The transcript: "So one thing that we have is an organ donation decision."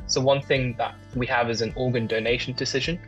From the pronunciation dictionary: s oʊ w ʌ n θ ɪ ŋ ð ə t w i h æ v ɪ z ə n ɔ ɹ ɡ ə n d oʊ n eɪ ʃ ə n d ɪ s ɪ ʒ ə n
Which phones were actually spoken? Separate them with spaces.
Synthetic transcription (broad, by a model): s oʊ w ʌ n θ ɪ ŋ ð ə t w i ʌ v ɪ z ə n ɔ ɡ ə n d oʊ n eɪ ʃ ə n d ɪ s ɪ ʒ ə n